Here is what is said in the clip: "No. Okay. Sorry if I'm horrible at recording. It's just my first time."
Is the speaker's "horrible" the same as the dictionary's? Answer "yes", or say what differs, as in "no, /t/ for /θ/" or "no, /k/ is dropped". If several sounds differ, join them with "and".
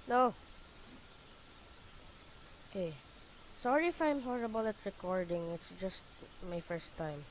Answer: yes